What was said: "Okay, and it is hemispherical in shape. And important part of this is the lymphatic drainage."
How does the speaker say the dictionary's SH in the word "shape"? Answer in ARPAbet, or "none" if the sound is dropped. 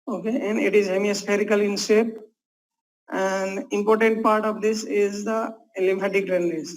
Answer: S